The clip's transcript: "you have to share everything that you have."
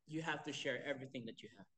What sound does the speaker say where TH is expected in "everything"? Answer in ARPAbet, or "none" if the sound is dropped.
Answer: TH